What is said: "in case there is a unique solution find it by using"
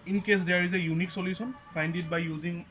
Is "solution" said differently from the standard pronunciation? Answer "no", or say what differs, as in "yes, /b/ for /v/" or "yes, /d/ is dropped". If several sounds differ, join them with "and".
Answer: yes, /s/ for /ʃ/